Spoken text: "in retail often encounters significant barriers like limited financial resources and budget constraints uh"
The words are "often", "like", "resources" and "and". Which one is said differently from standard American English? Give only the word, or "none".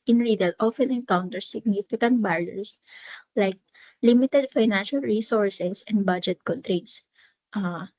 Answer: resources